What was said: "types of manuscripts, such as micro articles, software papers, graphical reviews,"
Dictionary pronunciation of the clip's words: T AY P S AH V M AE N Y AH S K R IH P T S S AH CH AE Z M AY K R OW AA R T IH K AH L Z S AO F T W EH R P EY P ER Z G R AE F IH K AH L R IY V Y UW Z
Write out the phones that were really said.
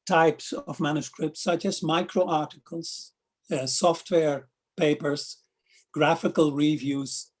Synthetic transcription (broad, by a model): T AY P S AH V M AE N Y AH S K R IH P T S S AH CH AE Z M AY K R OW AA R T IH K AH L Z S AO F T W EH R P EY P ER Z G R AE F IH K AH L R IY V Y UW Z